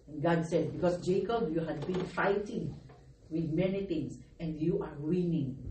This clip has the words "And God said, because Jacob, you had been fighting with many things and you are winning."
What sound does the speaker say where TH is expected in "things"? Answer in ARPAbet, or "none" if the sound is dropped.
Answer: T